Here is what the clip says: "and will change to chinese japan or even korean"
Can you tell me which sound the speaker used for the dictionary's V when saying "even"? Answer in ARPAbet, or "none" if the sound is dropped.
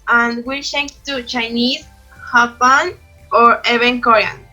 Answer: B